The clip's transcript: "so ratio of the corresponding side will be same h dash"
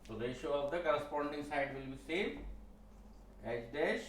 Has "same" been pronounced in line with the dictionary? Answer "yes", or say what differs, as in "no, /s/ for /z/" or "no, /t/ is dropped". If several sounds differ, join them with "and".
no, /m/ is dropped